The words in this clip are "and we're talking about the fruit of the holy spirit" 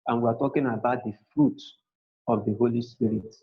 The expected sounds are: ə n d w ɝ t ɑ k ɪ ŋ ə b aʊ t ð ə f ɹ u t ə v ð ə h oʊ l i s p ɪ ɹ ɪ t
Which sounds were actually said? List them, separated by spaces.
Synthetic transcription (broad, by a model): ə n w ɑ t ɑ k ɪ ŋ ə b aʊ t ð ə f ɹ u t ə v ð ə h oʊ l i s p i ɹ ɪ t